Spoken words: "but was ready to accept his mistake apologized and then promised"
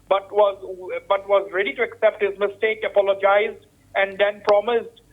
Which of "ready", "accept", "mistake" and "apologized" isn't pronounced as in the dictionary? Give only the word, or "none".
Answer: none